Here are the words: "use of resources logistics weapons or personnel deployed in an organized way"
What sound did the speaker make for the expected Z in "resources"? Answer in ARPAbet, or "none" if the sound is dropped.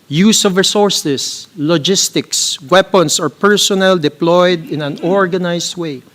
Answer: S